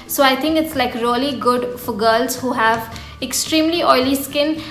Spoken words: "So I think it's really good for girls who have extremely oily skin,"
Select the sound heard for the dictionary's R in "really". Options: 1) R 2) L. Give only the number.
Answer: 2